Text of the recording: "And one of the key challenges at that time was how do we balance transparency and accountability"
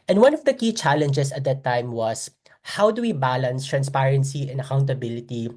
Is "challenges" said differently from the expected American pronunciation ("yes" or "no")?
yes